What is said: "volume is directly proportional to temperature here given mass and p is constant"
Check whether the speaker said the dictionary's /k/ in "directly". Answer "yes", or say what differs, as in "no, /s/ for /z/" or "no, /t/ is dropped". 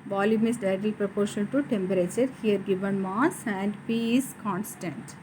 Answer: no, /k/ is dropped